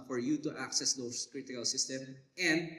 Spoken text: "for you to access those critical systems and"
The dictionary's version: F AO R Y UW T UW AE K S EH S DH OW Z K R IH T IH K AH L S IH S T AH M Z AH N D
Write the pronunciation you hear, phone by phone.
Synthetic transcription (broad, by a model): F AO R Y UW T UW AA K S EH S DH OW S K R IH T IH K AH L S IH S T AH M AH N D